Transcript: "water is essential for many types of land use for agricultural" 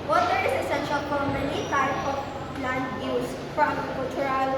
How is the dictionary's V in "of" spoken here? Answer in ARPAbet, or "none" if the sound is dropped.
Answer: P